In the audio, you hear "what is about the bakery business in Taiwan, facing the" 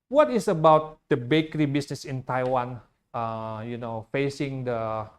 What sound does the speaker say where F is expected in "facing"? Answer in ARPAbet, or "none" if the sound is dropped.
F